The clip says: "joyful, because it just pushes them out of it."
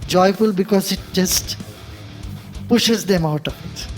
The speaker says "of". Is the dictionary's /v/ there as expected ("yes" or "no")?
no